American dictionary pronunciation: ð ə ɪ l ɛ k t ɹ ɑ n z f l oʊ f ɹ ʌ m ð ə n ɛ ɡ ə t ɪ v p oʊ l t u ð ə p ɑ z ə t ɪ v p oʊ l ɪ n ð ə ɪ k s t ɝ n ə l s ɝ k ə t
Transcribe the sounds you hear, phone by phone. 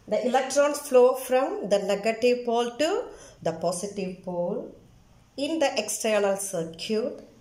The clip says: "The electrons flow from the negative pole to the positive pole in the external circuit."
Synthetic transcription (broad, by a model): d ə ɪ l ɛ k t ɹ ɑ n s f l oʊ f ɹ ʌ m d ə n ɛ ɡ ə t ɪ v p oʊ l t u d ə p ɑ s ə t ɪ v p oʊ l ɪ n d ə ɪ k s t ɝ n ə l s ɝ k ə t